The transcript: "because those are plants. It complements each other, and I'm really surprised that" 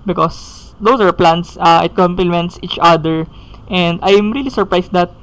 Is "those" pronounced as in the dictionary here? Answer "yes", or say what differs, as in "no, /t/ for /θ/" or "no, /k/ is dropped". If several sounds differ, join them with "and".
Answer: no, /s/ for /z/